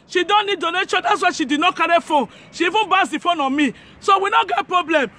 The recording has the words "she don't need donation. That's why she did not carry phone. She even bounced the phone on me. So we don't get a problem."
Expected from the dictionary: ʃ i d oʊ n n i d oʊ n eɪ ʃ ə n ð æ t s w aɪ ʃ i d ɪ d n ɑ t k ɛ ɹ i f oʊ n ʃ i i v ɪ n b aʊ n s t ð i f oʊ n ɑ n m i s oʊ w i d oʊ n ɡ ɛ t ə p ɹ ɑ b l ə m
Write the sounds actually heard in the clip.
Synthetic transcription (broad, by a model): ʃ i d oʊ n n i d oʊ n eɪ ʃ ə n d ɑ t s w aɪ ʃ i d ɪ d n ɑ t k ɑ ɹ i f oʊ n ʃ i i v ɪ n b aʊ s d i f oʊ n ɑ m i s oʊ w i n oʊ ɡ ɛ t p ɹ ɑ b l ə m